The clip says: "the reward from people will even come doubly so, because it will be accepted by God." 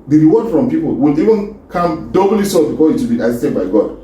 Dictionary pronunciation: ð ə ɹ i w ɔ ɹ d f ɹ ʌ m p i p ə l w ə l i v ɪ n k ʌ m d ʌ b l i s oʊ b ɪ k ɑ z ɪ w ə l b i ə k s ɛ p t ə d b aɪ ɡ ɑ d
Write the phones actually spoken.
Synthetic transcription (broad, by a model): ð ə ɹ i w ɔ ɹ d f ɹ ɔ m p i p ə l w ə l i v ɪ n k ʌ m d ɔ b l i s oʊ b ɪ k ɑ ɪ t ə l b i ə s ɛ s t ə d b aɪ ɡ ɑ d